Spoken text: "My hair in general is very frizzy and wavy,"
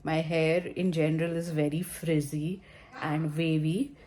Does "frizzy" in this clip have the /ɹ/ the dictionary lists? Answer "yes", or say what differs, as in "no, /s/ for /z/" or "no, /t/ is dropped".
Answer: yes